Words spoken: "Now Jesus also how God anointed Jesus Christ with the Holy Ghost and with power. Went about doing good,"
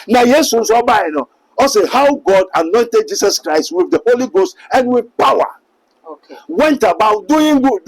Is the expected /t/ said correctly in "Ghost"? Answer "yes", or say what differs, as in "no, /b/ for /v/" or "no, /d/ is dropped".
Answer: yes